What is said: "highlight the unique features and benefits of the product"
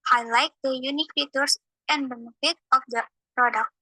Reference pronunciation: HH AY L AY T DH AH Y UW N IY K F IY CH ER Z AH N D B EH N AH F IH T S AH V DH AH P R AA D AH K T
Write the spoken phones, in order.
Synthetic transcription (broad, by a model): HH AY L AY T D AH Y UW N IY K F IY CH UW S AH N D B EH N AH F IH T AH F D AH P R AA D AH K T